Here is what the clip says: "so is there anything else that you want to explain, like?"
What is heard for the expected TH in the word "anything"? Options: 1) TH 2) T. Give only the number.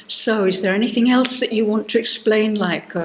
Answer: 1